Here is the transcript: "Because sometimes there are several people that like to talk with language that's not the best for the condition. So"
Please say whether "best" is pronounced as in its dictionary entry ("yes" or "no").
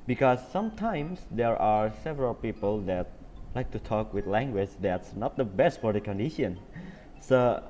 yes